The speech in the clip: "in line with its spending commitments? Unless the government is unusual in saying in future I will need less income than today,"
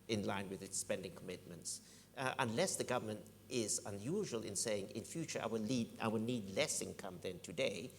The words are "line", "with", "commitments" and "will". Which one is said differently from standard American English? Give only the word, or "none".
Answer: none